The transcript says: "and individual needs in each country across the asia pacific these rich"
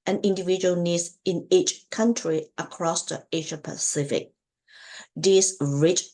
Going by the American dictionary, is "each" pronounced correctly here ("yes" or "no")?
yes